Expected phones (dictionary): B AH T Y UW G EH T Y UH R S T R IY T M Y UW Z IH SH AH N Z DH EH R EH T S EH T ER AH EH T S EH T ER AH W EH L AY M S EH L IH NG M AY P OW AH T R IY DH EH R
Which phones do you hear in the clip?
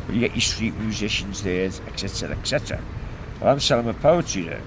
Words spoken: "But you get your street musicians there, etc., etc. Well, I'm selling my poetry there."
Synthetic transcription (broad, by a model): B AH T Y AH G EH T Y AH S T R IY T M Y UW Z IH SH AH N Z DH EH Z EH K S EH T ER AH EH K S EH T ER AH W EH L AY M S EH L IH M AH P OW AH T IY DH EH